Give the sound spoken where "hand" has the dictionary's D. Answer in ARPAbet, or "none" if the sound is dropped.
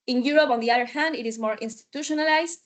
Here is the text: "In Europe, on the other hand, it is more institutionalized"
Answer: D